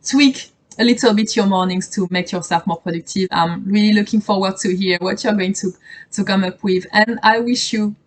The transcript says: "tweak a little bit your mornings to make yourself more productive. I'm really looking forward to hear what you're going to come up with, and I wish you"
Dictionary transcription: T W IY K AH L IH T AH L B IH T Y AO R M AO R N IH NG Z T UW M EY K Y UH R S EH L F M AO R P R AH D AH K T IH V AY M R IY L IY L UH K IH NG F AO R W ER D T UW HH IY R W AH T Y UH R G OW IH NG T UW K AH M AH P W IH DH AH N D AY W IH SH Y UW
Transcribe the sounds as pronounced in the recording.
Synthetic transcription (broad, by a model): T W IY K AH L IH T AH L B IH T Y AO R M AO R N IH NG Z T UW M EY K Y UH R S EH L F M AO R P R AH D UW K T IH V AY M R IY L IY L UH K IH NG F AO R W ER D T UW HH IY R W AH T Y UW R G OW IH NG T UW K AH M AH P W IH DH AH N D AY W IH SH Y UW